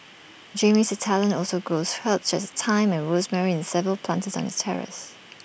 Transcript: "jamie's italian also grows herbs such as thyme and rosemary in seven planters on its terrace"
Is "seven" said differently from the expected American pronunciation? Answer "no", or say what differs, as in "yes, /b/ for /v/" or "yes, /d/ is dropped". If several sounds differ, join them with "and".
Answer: yes, /l/ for /n/